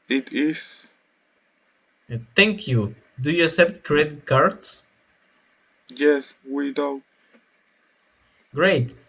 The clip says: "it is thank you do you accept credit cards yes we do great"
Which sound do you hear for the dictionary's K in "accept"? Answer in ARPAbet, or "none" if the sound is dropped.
none